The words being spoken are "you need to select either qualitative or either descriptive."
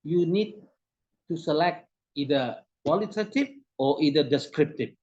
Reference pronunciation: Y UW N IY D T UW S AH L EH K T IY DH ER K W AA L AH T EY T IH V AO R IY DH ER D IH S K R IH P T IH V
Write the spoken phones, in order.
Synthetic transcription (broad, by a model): Y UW N IY D T UW S AH L EH K T IY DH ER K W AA L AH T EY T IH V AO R IY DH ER D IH S K R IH P T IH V